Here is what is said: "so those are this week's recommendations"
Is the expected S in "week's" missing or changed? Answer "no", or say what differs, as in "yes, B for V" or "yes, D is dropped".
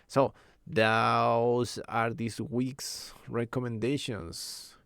no